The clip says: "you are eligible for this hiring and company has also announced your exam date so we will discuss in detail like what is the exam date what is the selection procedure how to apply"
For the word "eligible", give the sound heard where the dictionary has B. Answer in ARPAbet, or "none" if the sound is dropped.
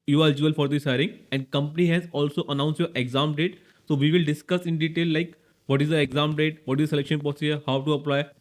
none